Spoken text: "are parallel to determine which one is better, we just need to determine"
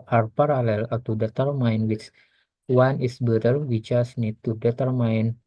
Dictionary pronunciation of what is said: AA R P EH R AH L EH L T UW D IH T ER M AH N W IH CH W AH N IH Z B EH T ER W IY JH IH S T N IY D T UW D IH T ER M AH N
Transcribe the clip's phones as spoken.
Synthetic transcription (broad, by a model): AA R P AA R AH L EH L T UW D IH T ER M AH N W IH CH W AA N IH S B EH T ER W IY CH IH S N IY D T UW D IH T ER M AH N